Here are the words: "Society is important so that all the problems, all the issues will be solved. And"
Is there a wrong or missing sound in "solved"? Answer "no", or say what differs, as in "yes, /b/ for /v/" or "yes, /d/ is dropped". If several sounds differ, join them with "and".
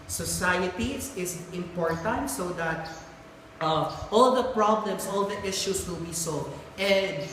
yes, /v/ is dropped